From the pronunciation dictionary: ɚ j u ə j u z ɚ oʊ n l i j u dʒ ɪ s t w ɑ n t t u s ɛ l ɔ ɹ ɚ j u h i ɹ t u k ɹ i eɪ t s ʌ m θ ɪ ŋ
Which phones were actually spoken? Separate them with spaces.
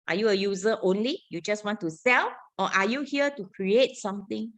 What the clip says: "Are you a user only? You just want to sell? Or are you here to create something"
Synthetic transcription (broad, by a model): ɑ j u ə j u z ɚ oʊ n l i j u dʒ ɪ s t w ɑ n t t u s ɛ l ɔ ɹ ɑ j u h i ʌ t u k ɹ i eɪ t s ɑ m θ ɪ ŋ